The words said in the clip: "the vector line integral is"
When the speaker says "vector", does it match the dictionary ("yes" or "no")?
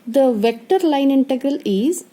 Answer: yes